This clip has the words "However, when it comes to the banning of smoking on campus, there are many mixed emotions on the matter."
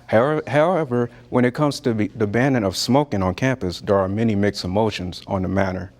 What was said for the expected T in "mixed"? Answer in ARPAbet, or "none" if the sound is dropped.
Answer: none